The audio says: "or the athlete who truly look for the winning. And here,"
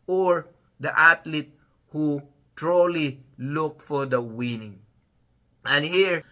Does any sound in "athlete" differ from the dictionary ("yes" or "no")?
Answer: yes